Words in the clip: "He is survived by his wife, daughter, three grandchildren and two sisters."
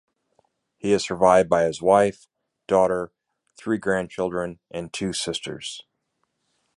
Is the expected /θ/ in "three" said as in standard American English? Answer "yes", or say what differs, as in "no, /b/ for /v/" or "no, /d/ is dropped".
yes